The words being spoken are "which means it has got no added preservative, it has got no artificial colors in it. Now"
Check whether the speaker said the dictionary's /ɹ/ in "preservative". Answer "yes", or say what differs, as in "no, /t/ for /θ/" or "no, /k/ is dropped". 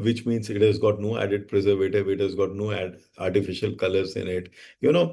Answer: yes